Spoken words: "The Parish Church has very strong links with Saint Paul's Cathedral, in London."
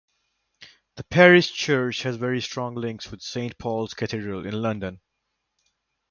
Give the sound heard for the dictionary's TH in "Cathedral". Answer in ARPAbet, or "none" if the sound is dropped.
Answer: T